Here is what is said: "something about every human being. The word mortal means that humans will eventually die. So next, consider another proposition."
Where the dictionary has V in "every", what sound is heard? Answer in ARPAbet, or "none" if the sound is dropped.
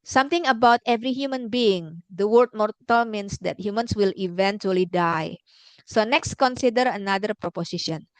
V